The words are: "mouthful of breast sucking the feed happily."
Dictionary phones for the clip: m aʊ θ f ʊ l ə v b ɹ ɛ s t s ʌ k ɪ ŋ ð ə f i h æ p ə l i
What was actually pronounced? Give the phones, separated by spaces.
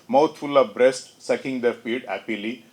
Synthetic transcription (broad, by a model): m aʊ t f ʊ l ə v b ɹ ɛ s t s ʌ k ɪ ŋ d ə f i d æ p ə l i